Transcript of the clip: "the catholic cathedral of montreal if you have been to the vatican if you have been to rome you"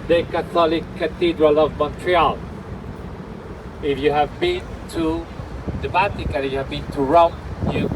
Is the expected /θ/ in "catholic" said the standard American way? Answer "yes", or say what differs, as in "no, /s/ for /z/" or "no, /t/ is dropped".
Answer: no, /t/ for /θ/